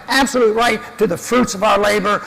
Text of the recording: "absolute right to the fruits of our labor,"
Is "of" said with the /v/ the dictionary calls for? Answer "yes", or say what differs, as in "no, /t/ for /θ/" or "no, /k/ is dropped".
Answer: yes